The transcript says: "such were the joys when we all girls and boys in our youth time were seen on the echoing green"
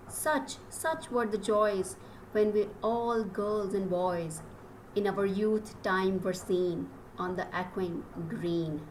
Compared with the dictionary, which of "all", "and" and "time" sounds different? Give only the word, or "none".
none